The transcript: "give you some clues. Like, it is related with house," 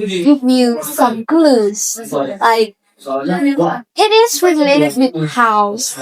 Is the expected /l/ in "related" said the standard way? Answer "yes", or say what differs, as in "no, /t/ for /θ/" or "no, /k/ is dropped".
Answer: yes